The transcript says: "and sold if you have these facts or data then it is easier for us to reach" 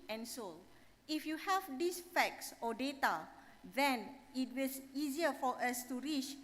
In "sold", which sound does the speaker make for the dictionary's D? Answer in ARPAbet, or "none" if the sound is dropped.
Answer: none